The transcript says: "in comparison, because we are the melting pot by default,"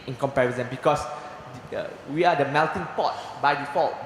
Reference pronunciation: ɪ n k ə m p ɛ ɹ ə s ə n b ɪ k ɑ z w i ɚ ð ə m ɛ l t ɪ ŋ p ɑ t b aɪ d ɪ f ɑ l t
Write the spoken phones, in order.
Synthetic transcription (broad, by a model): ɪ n k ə m p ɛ w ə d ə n b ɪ k ɑ s w i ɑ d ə m ɛ l t ɪ ŋ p ɑ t b aɪ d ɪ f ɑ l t